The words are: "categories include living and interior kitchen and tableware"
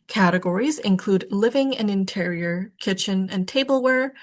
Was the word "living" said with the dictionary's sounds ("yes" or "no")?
yes